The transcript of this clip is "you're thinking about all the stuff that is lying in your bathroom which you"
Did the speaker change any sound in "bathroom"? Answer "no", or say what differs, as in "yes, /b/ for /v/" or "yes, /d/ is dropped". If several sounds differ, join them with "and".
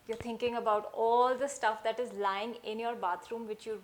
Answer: yes, /t/ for /θ/